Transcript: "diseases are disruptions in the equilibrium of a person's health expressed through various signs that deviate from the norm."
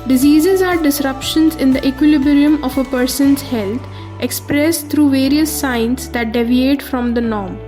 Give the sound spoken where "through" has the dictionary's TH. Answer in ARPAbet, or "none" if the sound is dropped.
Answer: T